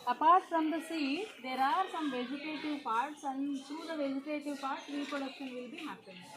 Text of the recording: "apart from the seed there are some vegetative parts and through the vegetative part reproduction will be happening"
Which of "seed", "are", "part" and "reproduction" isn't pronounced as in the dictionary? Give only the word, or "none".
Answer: reproduction